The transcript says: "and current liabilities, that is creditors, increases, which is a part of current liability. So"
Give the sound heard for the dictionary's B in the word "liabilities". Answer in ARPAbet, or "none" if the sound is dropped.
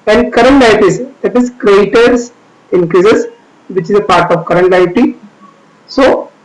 none